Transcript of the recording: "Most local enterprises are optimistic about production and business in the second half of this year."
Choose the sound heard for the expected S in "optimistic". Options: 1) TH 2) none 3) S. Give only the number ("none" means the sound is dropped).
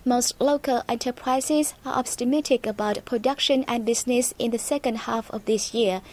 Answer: 2